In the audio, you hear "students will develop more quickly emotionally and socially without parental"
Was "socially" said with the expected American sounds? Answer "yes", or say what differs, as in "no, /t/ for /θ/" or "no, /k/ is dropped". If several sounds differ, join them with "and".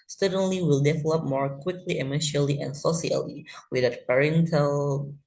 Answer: no, /ʃ/ is dropped